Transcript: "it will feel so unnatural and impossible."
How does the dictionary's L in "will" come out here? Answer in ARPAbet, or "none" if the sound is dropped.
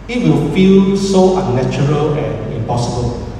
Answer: L